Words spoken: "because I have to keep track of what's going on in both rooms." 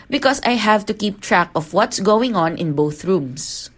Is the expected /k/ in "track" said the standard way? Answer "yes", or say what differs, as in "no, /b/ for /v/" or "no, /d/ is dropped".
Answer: yes